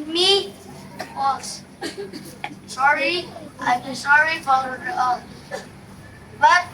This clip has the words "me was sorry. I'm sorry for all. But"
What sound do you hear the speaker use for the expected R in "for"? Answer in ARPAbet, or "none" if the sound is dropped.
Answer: L